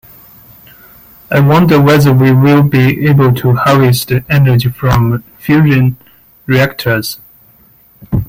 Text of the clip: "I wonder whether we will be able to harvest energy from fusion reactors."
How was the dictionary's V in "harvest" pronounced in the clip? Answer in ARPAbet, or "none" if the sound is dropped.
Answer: none